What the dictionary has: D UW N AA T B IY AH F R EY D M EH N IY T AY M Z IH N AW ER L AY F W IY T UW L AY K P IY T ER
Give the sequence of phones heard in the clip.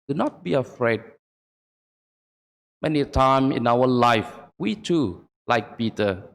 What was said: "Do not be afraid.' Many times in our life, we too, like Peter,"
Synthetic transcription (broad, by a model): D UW N AA T B IY AH F R EY D M EH N IY T AY M IH N AW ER L AY F W IY T UW L AY K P IY T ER